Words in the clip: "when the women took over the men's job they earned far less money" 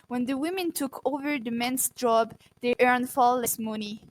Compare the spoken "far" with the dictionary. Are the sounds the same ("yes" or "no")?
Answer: no